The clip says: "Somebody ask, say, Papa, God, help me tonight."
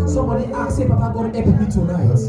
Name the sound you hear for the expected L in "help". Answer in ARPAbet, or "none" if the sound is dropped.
none